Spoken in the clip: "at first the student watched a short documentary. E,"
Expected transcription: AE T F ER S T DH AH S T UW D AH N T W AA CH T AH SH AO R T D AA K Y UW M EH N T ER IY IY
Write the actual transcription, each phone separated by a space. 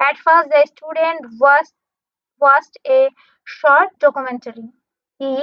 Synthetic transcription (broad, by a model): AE T F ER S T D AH S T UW D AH N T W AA S T AH SH AO R T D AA K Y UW M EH N T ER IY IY